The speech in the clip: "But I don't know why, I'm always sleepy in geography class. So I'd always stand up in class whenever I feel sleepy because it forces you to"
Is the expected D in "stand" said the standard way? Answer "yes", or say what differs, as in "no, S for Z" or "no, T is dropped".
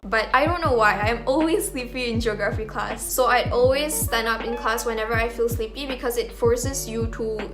no, D is dropped